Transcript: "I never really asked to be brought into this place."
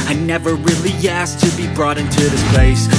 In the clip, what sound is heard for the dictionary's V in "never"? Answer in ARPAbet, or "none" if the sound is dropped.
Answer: V